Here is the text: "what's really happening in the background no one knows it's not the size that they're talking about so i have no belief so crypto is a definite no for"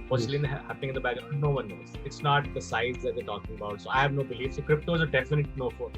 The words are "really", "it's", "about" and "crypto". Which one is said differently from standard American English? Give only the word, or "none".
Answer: really